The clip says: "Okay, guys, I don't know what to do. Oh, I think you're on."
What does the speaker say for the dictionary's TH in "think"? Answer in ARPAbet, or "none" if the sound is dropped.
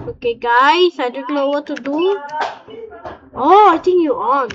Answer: T